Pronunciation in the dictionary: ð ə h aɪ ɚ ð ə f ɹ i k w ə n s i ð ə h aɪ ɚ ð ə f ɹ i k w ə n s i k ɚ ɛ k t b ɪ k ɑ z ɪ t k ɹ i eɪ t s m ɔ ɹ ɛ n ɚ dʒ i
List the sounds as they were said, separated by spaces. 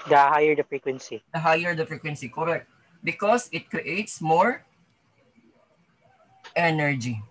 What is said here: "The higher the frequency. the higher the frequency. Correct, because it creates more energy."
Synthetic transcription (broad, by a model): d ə h aɪ ɚ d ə f ɹ i k w ə n s i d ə h aɪ ɚ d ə f ɹ i k w ə n s i k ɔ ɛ k t b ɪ k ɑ s ɪ t k ɹ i eɪ t s m ɔ ɹ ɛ n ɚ dʒ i